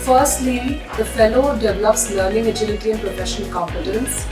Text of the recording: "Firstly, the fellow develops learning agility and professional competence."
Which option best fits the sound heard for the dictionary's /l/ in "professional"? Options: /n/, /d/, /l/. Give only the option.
/n/